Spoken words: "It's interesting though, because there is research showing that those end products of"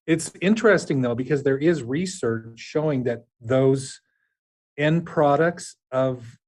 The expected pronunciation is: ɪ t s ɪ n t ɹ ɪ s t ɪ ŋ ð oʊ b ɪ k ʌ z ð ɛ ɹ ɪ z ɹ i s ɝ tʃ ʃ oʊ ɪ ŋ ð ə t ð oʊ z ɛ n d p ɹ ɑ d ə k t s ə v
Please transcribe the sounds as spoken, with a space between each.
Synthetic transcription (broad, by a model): ɪ t s ɪ n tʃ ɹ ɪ s t ɪ ŋ ð oʊ b ɪ k ʌ z ð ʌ ɹ ɪ z ɹ i s ɝ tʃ ʃ oʊ ɪ ŋ ð ə t ð oʊ z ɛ n p ɹ ɑ d ə k t s ə v